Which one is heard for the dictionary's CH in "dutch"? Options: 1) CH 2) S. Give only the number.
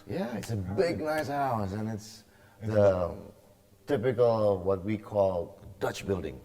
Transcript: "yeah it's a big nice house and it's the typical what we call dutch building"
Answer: 1